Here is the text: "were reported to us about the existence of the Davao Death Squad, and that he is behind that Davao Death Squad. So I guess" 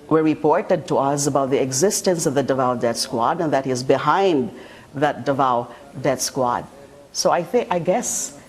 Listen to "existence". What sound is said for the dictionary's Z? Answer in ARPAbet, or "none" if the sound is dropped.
Z